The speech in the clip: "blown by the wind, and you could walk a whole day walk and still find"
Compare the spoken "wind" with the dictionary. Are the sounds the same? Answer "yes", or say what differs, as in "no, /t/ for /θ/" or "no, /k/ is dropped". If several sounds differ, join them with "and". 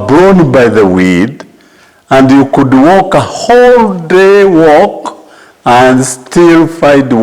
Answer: no, /n/ is dropped